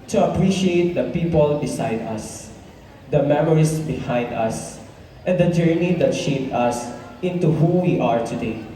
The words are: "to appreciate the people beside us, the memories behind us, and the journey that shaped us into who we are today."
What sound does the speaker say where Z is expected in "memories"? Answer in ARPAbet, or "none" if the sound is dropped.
S